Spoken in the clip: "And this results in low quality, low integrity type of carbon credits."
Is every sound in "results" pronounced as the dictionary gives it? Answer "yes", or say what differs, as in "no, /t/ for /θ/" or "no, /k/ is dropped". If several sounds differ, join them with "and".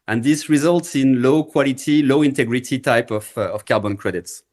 yes